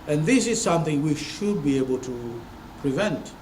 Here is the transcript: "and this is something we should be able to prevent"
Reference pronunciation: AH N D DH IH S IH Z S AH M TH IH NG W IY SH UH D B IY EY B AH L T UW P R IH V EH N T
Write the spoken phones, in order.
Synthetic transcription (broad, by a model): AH N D DH IH S IH Z S AH M TH IH NG W IY SH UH D B IY EY B AH L T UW P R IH V EH N T